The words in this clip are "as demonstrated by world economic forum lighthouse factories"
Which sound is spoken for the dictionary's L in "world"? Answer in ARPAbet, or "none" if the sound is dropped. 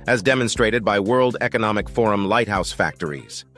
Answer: L